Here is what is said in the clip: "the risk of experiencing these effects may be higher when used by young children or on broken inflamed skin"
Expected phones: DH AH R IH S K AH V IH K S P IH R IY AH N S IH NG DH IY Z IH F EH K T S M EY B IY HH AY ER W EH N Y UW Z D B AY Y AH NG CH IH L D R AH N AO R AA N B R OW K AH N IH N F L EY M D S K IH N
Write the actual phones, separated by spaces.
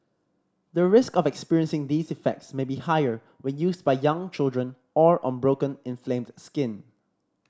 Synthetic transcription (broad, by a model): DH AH R IH S K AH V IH K S P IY R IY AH N S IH NG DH IY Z IH F EH K T S M EY B IY HH AY ER W EH N Y UW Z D B AY Y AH NG CH IH L D R AH N AO R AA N B R OW K AH N IH N F L EY M D S K IH N